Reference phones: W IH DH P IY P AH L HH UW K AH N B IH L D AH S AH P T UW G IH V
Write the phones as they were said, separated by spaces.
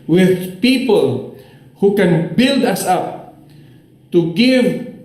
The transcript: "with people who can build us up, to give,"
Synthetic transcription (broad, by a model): W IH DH P IY P AH L HH UW K AH N B IH L D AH S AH P T UW G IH V